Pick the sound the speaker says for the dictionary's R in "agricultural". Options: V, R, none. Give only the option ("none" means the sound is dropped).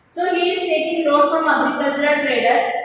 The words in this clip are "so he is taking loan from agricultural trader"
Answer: none